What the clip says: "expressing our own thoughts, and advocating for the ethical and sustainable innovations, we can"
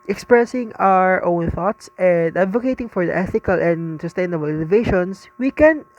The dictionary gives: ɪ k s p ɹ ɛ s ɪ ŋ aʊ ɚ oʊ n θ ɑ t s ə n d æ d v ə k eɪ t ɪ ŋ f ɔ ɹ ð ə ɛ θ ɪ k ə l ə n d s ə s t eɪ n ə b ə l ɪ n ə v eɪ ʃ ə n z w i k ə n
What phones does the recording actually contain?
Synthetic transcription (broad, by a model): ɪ k s p ɹ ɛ s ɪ ŋ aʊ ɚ oʊ n θ ɑ t s ə n d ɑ d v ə k eɪ t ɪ ŋ f ɔ ɹ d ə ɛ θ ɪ k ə l ə n d s ə s t eɪ n ə b ə l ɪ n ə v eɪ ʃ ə n s w i k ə n